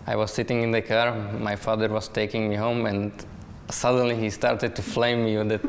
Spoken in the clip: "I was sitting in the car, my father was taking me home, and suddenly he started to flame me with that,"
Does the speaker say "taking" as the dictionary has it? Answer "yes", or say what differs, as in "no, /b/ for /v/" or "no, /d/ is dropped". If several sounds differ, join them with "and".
yes